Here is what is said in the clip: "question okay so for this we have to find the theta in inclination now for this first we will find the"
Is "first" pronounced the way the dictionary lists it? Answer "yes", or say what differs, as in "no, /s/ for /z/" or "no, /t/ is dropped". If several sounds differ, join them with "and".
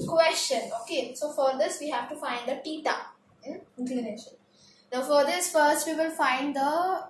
yes